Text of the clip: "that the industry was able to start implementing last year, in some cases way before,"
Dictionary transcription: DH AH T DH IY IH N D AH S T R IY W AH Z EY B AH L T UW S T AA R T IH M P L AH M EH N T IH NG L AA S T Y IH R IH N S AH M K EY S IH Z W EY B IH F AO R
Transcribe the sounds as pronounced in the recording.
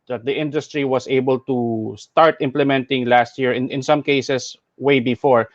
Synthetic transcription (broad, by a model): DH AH T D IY IH N D AH S T R IY W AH S EY B AH L T UW S T AA R T IH M P L AH M EH N T IH NG L AA S T Y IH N IH N S AH M K EY S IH S W EY B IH F AO R